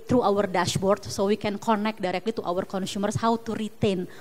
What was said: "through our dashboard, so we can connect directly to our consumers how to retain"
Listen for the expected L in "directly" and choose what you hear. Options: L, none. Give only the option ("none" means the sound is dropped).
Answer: L